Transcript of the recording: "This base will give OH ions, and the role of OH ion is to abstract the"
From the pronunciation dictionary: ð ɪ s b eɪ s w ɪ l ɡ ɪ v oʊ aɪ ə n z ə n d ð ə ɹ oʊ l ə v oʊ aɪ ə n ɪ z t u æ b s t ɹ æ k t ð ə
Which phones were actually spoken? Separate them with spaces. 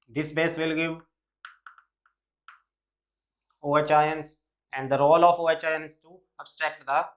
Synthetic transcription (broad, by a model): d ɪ s b eɪ s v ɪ l ɡ ɪ v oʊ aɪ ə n s ə n d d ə ɹ oʊ l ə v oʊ aɪ ə n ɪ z t u æ b s t ɹ æ k t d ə